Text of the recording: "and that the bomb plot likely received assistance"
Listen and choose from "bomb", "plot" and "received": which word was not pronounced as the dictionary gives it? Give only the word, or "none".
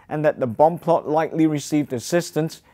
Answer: none